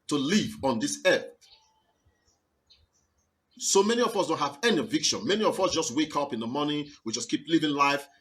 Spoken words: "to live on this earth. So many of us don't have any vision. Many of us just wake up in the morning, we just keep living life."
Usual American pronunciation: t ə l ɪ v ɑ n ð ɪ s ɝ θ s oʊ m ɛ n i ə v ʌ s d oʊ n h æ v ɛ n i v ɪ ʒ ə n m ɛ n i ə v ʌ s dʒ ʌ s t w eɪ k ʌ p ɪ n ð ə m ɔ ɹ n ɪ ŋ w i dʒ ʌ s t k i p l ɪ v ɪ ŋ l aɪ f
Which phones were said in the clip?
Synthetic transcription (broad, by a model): t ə l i v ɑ n ð ɪ s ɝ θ s oʊ m ɛ n i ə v ʌ s d oʊ n h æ v ɛ n i v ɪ ʃ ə n m ɛ n i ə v ʌ s dʒ ʌ s t w eɪ k ʌ p ɪ n ð ə m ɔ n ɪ w i dʒ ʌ s k i p l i v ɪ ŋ l aɪ f